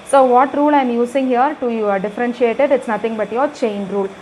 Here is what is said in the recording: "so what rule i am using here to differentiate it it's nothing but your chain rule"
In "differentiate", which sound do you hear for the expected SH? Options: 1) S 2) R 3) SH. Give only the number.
3